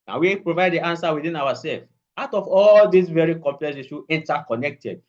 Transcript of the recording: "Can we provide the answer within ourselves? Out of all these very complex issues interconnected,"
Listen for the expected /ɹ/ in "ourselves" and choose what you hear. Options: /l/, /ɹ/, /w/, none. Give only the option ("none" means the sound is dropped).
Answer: /w/